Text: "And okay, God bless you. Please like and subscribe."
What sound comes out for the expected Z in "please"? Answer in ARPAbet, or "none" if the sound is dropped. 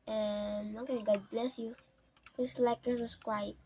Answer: S